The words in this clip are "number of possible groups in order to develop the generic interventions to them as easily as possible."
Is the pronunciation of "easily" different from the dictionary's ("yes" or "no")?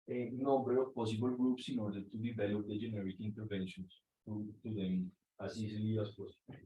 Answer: yes